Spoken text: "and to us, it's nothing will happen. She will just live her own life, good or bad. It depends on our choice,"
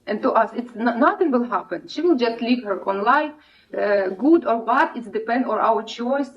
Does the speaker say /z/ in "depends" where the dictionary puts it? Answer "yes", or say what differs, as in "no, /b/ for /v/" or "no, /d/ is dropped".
no, /z/ is dropped